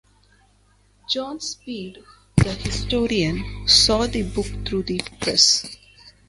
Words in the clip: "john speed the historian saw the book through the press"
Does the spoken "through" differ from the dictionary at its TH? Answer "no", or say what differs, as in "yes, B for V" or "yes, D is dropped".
yes, T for TH